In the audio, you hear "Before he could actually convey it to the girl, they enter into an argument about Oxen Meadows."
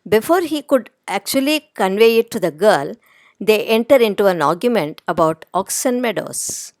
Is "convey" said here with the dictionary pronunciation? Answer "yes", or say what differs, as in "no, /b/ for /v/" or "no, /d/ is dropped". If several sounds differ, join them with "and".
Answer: yes